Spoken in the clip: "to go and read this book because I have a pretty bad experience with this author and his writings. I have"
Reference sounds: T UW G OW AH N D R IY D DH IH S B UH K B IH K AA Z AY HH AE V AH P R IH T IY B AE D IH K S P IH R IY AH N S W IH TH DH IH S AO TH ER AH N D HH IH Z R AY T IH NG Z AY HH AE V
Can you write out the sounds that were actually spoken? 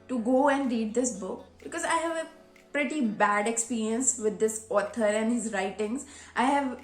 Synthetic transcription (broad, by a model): T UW G OW AH N D R IY D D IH S B UH K B IH K AA Z AY HH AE V AH P R IH T IY B AE D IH K S P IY R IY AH N S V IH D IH S AO T ER AH N D HH IH Z R AY T IH NG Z AY HH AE V